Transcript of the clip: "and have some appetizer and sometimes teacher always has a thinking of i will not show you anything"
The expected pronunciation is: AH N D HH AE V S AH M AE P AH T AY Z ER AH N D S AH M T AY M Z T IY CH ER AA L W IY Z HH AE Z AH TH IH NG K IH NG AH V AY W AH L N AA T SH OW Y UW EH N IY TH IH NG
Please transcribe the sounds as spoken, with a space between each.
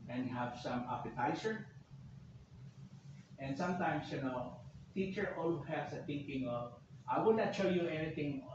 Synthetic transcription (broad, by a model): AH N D HH AE V S AH M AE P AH T AY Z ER AH N D S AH M T AY M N T IY CH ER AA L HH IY HH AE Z AH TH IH NG K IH NG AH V AY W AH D N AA T SH OW Y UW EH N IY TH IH NG